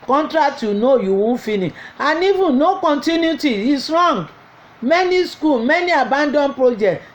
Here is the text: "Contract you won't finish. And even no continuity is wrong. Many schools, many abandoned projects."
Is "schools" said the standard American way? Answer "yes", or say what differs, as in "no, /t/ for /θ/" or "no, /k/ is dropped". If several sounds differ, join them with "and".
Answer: no, /z/ is dropped